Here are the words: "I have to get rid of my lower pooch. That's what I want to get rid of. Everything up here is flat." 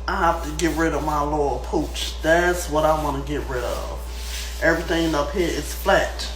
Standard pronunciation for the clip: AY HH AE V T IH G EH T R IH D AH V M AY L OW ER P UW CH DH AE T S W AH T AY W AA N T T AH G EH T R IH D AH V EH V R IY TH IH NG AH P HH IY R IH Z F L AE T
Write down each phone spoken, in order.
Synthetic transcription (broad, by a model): AY HH AE F T IH G EH T R IH D AH V M AY L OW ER P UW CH DH AE T S W AH T AY W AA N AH G EH T R IH D AH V EH V R IY TH IH NG AH P HH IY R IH S F L AE T